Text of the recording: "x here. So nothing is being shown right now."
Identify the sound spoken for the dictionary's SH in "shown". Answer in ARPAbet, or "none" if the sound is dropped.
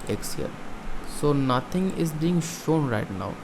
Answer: SH